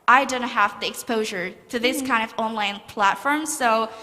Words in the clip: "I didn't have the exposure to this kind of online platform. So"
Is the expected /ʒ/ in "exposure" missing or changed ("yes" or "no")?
no